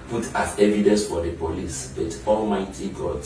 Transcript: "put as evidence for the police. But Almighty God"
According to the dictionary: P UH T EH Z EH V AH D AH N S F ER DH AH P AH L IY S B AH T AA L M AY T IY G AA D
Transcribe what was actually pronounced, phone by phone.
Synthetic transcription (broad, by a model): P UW T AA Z EH V AH D AH N S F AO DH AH P AH L IY S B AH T AA L M AY T IY G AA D